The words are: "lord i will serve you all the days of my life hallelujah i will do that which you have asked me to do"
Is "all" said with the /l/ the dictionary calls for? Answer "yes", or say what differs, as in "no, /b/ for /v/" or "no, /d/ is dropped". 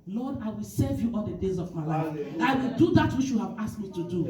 no, /n/ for /l/